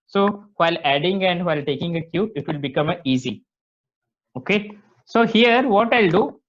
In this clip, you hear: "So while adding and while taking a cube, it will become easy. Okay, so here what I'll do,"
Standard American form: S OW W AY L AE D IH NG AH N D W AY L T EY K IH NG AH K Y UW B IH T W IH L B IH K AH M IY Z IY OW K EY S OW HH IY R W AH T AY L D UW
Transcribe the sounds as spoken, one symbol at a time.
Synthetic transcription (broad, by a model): S OW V AY L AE D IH NG AH N D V AY L T EY K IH NG AH K Y UW IH T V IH L B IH K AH M IY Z IY OW K EY S OW HH IY R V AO T AY L D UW